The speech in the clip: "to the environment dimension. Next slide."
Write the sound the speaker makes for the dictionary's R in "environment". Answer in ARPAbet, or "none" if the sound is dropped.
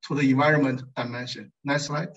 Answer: R